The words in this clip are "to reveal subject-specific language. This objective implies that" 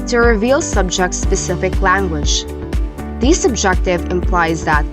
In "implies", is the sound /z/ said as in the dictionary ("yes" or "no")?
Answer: yes